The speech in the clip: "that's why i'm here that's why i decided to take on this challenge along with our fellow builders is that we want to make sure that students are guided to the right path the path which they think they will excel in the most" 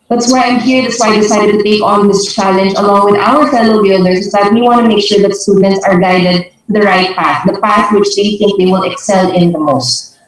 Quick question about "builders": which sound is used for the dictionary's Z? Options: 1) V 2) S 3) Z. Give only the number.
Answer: 2